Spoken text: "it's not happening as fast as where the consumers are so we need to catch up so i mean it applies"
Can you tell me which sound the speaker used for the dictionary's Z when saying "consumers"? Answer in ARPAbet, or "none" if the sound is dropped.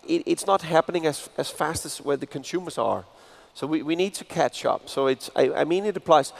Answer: Z